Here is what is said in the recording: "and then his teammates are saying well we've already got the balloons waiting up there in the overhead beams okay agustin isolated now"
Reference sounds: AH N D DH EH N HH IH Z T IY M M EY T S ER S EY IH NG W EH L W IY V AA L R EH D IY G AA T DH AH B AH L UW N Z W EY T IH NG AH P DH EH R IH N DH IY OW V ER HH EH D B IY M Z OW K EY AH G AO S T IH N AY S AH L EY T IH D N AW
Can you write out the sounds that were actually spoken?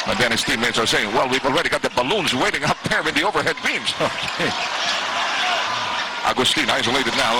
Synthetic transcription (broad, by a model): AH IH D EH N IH S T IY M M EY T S ER S EY IH NG W EH L W IY V AA L R EH D IY G AA T DH AH B AH L UW N Z W EY T IH NG AH P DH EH R IH N DH IY OW V ER HH EH D B IY M Z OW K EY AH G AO S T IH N AY S AH L EY T IH D N AW